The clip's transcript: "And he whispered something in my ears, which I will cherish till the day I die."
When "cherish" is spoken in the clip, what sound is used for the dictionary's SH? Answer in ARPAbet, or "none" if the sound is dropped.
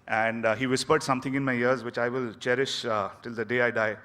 SH